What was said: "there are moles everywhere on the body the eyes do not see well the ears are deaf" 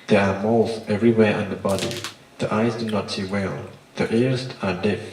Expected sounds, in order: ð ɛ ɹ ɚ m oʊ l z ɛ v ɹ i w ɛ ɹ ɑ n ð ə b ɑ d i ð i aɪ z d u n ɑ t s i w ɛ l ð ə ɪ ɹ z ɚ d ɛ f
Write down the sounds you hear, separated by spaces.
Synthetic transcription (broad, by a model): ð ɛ ɹ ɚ m oʊ l z ɛ v ɹ i w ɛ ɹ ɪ n ð ə b ɑ d i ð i aɪ z d u n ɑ t s i w ɛ l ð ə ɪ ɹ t ɚ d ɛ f